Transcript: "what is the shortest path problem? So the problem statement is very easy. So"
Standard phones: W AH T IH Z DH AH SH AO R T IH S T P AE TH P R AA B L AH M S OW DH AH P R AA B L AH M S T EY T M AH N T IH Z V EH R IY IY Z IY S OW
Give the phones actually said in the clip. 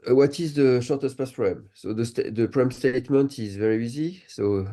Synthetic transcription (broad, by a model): W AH T IH Z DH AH SH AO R T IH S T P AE S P R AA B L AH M S OW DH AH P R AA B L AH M S T EY T M AH N T IH Z V EH R IY IY Z IY S OW